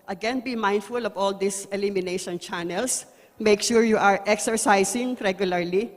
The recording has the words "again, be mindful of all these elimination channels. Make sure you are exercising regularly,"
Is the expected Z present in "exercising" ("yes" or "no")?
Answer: no